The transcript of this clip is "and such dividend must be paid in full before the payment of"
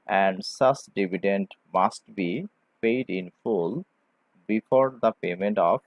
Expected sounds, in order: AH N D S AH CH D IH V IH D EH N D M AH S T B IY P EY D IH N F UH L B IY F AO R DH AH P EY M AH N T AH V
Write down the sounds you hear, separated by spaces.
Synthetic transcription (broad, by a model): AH N D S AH S D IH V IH D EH N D M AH S T B IY P EY D IH N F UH L B IY F AO R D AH P EY M AH N T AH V